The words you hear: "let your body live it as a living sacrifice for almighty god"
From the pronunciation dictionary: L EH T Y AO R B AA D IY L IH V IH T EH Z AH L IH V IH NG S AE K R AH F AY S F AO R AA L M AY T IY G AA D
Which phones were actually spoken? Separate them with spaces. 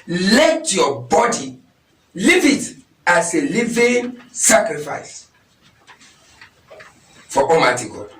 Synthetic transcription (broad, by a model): L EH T Y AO B AA D IY L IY V IH T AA S AH L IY V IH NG S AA K R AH F AY S F AO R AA M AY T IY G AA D